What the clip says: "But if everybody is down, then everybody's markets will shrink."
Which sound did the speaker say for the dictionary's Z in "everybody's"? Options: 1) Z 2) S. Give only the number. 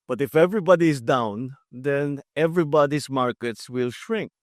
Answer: 2